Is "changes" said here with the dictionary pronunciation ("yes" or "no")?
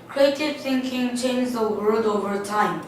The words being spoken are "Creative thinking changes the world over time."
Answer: no